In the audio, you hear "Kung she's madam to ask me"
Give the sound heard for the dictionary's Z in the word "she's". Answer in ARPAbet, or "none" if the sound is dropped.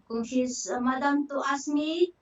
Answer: S